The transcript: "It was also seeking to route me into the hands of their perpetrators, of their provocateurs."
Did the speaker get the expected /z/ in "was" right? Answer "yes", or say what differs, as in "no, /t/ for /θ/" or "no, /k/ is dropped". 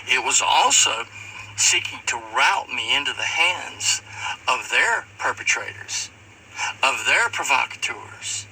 yes